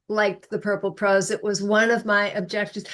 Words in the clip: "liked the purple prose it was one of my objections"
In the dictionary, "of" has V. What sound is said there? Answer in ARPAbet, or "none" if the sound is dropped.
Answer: V